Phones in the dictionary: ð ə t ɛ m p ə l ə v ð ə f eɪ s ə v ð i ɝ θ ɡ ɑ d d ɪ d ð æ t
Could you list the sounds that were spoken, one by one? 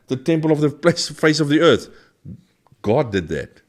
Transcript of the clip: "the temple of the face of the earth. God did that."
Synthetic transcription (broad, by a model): ð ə t ɛ m p ə l ə v ð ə f eɪ s ə v ð i ɝ θ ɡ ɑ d d ɪ d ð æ t